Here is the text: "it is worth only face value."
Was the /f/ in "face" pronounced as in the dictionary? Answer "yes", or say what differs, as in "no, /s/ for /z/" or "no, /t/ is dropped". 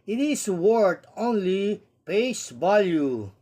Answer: no, /p/ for /f/